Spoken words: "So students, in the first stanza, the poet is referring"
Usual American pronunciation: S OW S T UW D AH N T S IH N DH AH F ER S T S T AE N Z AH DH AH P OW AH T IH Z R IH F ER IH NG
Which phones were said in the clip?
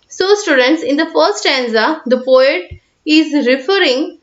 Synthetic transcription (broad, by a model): S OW S T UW D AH N T S IH N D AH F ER T S T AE N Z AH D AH P OW AH T IH Z R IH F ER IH NG